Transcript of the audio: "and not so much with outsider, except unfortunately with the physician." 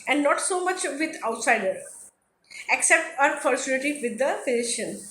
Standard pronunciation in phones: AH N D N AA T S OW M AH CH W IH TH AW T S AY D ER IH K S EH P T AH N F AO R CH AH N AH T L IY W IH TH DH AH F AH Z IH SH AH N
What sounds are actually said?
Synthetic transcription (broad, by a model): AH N D N AA T S OW M AH CH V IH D AW T S AY D ER IH K S EH P T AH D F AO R S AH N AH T IY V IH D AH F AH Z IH SH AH N